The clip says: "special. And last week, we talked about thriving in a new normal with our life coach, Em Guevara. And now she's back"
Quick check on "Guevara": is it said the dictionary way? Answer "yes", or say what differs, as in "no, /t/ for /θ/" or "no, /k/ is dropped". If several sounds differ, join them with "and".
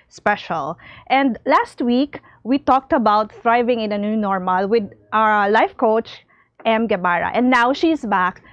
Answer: no, /b/ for /v/